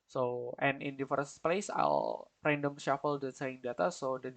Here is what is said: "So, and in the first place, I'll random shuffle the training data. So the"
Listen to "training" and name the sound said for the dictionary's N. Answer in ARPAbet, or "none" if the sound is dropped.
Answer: none